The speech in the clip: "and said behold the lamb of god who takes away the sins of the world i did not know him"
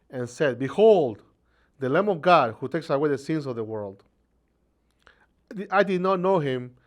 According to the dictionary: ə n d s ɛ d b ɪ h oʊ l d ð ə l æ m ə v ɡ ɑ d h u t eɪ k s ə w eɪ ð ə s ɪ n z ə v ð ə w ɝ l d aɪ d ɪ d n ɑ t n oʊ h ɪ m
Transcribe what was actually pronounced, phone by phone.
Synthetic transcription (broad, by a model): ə n s ɛ d b ɪ h oʊ l d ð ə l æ m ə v ɡ ɑ d h u t eɪ k s ə w eɪ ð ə s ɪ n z ə v ð ə w ɝ l d aɪ d ɪ d n ɑ t n oʊ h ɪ m